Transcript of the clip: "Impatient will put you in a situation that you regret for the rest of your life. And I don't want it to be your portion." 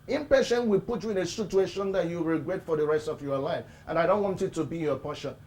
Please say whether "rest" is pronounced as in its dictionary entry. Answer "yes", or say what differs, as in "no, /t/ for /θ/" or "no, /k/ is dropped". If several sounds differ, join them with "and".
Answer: yes